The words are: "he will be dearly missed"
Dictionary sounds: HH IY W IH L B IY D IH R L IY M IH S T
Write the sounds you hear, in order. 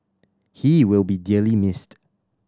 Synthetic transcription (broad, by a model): HH IY W IH L B IY D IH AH L IY M IH S T